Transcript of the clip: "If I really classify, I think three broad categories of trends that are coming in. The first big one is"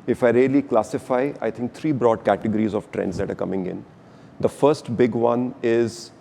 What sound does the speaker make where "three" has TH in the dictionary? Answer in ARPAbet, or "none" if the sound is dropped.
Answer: T